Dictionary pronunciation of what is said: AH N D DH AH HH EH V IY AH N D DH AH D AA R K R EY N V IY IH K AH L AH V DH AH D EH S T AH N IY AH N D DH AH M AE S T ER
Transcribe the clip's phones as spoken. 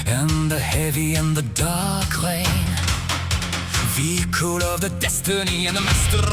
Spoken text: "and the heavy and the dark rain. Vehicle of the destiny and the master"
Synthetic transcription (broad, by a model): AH N DH AH HH EH V IY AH N DH AH D AA R K L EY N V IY K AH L AH V DH AH D EH S T AH N IY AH N DH AH M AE S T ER